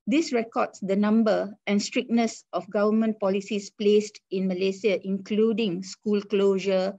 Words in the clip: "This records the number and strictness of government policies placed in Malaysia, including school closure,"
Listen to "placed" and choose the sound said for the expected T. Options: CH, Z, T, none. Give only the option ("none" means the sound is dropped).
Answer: T